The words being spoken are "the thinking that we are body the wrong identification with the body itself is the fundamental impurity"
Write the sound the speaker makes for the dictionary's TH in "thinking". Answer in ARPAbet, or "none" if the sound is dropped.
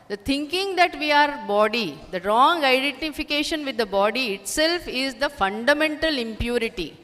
T